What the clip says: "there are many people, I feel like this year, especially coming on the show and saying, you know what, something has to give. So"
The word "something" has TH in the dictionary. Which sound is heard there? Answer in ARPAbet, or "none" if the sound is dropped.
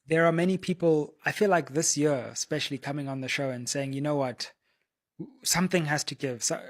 TH